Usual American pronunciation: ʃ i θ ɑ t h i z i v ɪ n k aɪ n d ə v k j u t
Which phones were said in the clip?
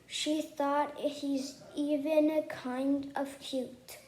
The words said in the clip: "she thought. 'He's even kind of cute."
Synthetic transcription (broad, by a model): ʃ i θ ɑ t h i z i v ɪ n k aɪ n d ə v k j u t